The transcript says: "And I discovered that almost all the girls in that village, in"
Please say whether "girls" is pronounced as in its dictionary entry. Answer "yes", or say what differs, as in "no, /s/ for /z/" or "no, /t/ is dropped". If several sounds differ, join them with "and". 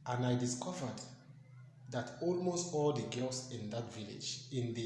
no, /s/ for /z/